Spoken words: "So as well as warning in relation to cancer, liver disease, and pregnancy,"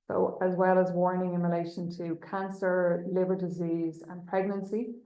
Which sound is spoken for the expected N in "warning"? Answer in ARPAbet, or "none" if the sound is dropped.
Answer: N